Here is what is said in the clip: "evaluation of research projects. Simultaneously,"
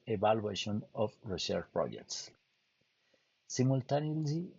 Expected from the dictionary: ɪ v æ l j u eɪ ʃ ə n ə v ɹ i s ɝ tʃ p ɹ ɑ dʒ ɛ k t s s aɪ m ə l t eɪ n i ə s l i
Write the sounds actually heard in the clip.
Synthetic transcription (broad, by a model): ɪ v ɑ l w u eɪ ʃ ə n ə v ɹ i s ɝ ʃ p ɹ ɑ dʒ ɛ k t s s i m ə l t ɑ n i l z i